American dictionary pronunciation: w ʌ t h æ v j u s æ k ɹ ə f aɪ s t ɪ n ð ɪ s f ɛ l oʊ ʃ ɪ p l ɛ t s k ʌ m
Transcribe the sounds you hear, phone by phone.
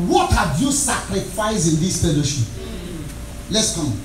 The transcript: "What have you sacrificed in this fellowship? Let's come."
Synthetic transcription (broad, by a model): w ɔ t h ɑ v j u s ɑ k ɹ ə f aɪ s ɪ n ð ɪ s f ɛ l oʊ ʃ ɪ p l ɛ t s k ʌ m